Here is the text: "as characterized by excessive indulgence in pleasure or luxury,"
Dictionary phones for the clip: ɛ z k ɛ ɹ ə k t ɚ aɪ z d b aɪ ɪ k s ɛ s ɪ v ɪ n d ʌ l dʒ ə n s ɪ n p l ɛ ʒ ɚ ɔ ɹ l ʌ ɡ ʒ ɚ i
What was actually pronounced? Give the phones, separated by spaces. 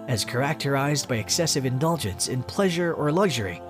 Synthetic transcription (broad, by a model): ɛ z k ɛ ɹ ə k t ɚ aɪ z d b aɪ ɪ k s ɛ s ɪ v ɪ n d ʌ l dʒ ə n s ɪ n p l ɛ ʒ ɚ ɔ ɹ l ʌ ɡ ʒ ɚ i